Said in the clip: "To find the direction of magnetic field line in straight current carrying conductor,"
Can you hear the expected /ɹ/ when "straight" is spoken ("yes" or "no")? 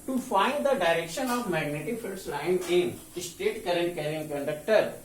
no